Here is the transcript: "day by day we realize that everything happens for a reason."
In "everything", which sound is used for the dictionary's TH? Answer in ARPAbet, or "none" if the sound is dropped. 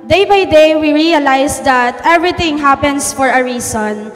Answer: T